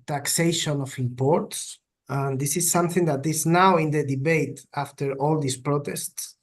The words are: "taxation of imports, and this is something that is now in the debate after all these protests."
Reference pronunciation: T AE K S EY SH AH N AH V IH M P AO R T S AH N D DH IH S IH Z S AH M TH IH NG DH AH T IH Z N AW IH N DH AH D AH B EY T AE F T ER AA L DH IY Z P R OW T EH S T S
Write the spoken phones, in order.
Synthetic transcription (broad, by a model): T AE K S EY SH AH N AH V IH M P AO R T S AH N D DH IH S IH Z S AH M TH IH NG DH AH T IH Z N AW IH N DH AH D AH B EY T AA F T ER AA L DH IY S P R OW T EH S T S